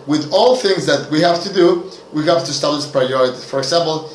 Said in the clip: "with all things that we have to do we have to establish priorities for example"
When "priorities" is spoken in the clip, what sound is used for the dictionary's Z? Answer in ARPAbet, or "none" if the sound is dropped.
none